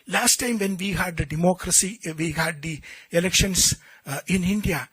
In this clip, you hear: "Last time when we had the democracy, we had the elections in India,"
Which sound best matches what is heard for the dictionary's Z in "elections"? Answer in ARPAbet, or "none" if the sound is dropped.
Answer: S